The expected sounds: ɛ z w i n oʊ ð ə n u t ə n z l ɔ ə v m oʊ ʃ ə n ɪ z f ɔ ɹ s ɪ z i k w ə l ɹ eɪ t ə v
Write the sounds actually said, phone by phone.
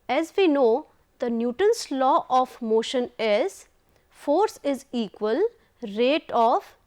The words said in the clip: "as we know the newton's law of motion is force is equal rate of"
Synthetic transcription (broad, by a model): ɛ z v i n oʊ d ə n u t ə n s l ɔ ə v m oʊ ʃ ə n ɪ z f ɔ ɹ s ɪ z i k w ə l ɹ eɪ t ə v